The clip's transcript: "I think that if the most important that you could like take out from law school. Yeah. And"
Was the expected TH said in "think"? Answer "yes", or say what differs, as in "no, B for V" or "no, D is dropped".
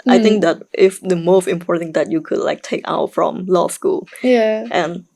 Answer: no, T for TH